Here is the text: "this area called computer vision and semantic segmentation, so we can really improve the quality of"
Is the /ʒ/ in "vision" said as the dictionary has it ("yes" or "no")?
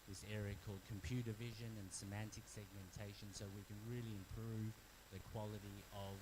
yes